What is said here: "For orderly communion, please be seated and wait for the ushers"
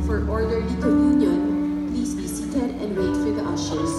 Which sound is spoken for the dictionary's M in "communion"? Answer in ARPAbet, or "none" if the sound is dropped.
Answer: none